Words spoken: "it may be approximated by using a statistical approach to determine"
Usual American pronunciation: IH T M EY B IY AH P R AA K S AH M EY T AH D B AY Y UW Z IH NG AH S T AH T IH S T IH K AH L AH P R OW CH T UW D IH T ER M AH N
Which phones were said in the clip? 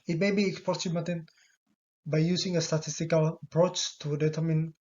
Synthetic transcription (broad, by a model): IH T M EY B IY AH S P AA S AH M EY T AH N B AY Y UW S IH NG AH S T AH T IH S T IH K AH L AH P R OW CH T UW D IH T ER M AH N